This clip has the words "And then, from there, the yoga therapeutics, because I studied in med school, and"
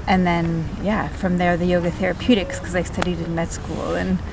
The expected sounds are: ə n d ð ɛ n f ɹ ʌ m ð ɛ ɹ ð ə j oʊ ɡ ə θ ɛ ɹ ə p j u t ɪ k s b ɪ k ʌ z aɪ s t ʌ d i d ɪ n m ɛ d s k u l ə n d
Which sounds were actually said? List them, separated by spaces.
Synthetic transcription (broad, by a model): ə n ð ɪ n f ɹ ʌ m ð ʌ ɹ ð ə j oʊ ɡ ə θ ɛ ɹ ə p j u t ɪ k s k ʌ z aɪ s t ʌ d i d ɪ n m ɛ d s k u l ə n